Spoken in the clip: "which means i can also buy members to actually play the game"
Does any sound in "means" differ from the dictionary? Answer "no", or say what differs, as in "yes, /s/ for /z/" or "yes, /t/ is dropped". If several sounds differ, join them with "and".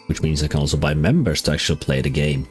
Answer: no